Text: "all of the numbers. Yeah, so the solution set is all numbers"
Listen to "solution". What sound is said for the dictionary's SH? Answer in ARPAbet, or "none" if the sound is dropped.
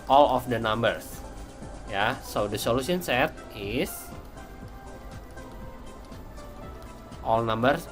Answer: S